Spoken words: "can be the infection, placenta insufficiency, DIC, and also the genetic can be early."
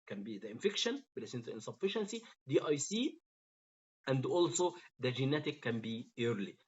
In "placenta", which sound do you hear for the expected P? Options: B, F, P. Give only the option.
B